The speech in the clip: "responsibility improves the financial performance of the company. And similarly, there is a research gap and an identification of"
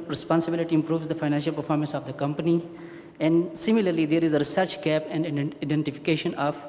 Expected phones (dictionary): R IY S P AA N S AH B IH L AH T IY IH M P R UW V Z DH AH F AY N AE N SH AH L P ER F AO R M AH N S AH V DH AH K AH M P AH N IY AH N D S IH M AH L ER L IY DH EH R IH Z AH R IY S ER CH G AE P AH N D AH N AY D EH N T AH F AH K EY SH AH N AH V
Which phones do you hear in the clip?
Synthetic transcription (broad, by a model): R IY S P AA N S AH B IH L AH T IY IH M P R UW V Z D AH F AY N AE N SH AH L P ER F AO R M AH N S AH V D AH K AH M P AH N IY AH N D S IH M AH L ER L IY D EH R IH Z AH R IY S ER CH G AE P AH N D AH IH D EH N T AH F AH K EY SH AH N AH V